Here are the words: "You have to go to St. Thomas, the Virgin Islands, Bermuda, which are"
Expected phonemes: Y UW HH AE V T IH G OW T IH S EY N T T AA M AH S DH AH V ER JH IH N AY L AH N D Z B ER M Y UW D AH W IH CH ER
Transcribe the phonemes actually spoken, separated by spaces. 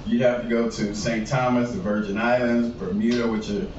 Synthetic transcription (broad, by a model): Y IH HH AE F T IH G OW T IH S EY N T T AA M AH S DH AH V ER JH IH N AY L AH N D Z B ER M Y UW D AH W IH CH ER